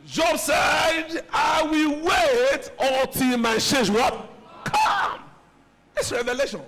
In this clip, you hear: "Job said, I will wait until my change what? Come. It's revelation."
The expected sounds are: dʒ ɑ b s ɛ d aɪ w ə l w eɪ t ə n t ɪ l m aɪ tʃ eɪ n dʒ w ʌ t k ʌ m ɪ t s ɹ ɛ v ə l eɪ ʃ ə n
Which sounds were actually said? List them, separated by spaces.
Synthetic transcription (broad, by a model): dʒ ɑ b s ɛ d aɪ w ə l w eɪ t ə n t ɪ l m aɪ ʃ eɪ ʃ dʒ w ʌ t k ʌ m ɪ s ɹ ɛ v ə l eɪ ʃ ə n